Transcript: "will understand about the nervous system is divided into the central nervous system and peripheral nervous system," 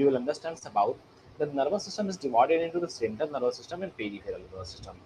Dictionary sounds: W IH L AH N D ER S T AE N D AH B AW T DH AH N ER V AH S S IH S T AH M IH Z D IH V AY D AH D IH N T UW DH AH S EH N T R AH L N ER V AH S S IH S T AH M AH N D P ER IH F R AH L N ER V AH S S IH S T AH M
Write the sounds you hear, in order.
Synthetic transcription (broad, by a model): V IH L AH N D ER S T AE N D AH B AW T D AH N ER V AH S S IH S T AH M IH Z D IH V AY D AH D IH N T UW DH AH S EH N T AH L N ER V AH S S IH S T AH M AH N D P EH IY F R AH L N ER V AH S S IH S T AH M